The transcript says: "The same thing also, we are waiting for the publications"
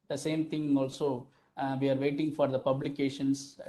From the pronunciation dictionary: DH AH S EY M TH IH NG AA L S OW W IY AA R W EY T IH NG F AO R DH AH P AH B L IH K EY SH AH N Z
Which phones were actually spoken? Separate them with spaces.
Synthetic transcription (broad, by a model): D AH S EY M T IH NG AA L S OW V IY AA R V EY T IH NG F AO R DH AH P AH B L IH K EY SH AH N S